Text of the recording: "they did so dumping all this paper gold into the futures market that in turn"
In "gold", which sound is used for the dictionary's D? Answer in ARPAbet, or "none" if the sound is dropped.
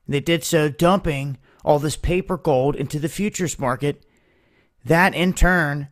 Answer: D